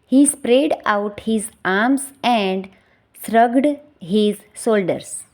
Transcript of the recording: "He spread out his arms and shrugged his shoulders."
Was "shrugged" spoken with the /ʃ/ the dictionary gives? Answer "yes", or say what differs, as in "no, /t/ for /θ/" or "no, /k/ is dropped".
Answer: no, /s/ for /ʃ/